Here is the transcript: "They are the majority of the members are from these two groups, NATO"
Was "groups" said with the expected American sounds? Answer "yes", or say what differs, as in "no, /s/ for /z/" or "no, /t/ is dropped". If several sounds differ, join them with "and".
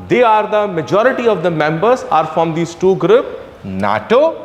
no, /s/ is dropped